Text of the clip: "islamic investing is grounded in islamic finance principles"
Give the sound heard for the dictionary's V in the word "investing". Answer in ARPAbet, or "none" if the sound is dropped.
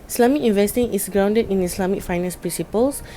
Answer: V